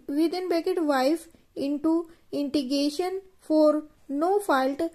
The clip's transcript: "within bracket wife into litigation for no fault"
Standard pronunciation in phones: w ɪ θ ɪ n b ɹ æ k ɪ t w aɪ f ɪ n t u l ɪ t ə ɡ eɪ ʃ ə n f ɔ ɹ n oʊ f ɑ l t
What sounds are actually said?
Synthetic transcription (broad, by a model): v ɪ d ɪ n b ɛ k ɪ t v aɪ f ɪ n t u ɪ t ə ɡ eɪ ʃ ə n f ɔ ɹ n oʊ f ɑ l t